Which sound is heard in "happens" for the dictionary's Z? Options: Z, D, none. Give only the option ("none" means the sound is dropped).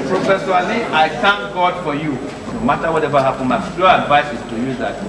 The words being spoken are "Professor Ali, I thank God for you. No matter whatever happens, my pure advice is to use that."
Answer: none